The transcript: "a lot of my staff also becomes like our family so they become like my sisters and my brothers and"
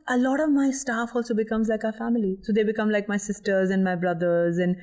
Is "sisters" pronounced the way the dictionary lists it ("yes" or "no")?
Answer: yes